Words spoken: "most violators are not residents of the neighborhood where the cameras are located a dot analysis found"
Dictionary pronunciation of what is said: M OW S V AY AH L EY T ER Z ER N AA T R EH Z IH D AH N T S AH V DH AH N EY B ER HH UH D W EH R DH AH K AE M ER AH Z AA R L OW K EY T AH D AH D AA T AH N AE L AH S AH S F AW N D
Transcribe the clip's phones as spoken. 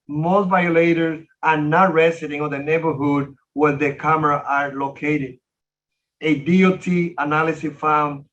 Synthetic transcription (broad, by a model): M OW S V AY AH L EY T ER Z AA N AA T R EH S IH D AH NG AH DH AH N EY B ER HH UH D W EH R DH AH K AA M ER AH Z AA R L OW K EY T AH D AH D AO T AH N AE L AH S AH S F AW N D